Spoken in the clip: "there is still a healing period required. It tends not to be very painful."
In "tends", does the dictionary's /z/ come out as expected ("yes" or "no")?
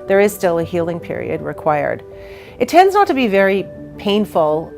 yes